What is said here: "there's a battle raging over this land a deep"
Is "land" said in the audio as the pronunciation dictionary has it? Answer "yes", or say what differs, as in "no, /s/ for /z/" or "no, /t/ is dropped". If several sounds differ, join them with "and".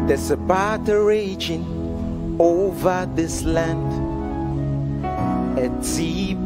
yes